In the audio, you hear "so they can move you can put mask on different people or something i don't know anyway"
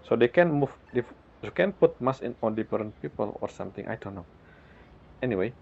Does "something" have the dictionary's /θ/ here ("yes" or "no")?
no